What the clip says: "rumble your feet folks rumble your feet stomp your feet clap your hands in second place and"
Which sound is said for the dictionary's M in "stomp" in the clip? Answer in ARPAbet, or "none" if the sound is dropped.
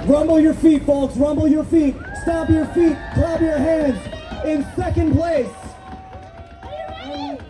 none